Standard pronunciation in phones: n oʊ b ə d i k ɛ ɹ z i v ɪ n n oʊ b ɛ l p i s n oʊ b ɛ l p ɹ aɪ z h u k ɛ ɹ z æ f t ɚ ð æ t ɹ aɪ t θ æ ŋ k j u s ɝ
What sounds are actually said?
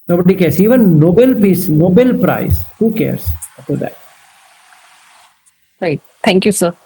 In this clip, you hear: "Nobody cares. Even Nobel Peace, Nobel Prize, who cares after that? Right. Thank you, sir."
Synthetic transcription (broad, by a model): n oʊ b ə d i k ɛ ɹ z i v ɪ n n oʊ b ɛ l p i s n oʊ b ɛ l p ɹ aɪ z h u k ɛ ɹ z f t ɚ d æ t ɹ aɪ t t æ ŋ k j u s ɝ